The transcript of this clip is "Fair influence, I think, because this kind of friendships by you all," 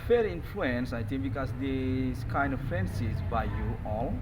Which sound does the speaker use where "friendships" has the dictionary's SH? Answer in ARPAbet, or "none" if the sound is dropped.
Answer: S